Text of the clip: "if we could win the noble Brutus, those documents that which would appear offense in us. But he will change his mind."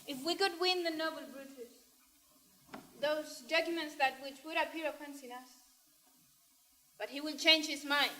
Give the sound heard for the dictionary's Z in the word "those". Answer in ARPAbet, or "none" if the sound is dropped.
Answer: Z